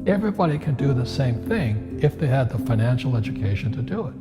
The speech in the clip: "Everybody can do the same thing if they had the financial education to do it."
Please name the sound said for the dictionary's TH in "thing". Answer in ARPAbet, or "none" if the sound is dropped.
TH